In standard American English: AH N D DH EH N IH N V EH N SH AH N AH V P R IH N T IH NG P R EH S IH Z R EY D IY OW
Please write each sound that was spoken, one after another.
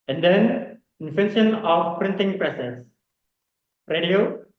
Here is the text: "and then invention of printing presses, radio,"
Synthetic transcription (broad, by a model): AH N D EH N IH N F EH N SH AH N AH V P R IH N T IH NG P R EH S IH S R EY D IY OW